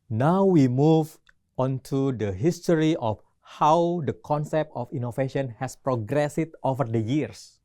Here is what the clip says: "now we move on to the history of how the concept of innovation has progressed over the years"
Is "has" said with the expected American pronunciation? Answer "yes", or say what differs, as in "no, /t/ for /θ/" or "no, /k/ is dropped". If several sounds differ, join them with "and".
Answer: no, /s/ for /z/